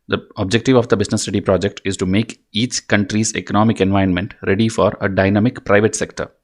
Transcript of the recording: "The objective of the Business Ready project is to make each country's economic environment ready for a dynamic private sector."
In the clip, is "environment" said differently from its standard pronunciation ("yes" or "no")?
yes